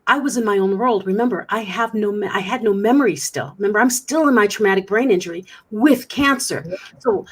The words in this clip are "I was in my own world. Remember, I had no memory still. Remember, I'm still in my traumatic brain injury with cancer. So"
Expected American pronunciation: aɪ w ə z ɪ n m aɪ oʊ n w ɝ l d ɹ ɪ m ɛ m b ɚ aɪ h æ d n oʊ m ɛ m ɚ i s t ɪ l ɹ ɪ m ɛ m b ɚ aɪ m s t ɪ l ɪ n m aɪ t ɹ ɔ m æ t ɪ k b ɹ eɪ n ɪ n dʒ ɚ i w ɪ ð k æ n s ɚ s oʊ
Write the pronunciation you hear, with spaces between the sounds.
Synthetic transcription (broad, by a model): aɪ w ə z ɪ n m aɪ oʊ n w ɝ l d ɹ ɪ m ɛ m b ɚ aɪ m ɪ d n oʊ m ɛ m ɚ i s t ɪ l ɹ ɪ m ɛ m b ɚ aɪ m s t ɪ l ɪ n m aɪ t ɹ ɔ m æ t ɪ k b ɹ eɪ n ɪ n dʒ ɚ i w ɪ ð k æ n s ɚ s oʊ